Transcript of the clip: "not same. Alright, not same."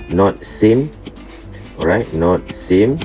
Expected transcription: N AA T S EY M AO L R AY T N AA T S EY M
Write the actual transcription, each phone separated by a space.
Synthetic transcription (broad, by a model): N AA T S EY M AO R AY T N AA T S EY M